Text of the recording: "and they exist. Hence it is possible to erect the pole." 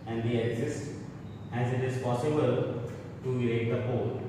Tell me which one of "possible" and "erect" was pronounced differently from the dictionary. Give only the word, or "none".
erect